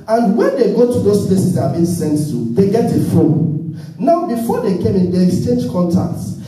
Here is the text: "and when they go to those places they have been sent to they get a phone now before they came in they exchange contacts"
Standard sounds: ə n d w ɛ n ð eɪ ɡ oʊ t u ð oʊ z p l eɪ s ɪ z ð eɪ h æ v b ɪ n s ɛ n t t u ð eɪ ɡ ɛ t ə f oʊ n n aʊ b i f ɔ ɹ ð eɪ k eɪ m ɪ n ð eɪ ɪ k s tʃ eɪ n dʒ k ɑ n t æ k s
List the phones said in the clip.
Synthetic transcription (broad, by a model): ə n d w ɛ n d eɪ ɡ oʊ t u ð oʊ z p l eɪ s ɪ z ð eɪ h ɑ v b ɪ n s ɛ n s t u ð eɪ ɡ ɛ t ə f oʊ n n aʊ b i f ɔ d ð eɪ k eɪ m ɪ n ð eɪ ɪ k s tʃ eɪ n dʒ k ɑ n t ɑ k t